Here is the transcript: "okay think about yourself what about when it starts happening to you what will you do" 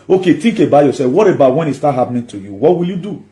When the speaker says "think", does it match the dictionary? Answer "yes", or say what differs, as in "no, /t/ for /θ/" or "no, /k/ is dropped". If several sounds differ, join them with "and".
no, /t/ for /θ/